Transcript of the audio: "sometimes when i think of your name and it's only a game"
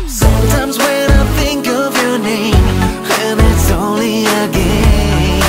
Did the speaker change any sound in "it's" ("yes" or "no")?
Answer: no